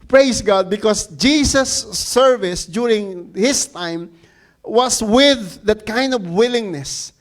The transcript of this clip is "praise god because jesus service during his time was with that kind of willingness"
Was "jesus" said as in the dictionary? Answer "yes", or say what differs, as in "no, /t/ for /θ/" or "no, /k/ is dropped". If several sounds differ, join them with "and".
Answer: no, /s/ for /z/